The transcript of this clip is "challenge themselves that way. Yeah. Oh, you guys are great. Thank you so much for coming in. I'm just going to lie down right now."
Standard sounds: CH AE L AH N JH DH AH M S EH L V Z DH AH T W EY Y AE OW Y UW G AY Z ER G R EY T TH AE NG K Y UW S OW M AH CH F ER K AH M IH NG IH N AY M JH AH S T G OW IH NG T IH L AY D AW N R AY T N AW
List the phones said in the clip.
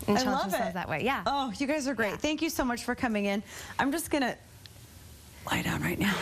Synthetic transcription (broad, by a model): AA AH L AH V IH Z DH AH T W EY Y AE OW Y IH G AY Z ER G R EY T TH AE NG K Y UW S OW M AH CH F ER K AH M IH NG IH N AY M JH AH S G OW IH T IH L AY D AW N R AY T N AW